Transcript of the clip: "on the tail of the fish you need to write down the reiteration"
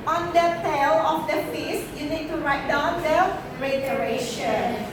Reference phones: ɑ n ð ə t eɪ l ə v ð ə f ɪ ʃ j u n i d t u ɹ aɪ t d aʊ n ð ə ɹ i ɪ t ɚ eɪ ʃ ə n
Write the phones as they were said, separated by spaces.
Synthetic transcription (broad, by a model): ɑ n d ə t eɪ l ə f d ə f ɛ s j u n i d t u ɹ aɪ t d aʊ n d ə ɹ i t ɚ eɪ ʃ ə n